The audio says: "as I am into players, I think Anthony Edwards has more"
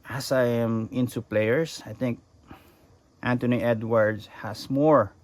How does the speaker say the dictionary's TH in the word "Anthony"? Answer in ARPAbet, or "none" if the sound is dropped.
T